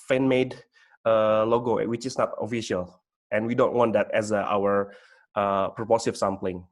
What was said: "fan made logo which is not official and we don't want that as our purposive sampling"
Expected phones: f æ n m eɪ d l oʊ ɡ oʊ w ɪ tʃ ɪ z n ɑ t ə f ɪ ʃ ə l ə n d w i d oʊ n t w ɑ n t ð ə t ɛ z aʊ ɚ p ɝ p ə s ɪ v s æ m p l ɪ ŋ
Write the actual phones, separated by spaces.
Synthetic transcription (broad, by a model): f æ n m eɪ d l oʊ ɡ oʊ w ɪ tʃ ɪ s n ɑ t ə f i ʃ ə l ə n w i d oʊ n t w ɑ n t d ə t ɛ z aʊ ɚ p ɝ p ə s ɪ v s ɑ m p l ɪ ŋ